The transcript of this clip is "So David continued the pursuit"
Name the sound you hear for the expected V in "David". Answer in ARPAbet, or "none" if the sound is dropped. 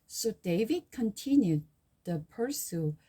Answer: V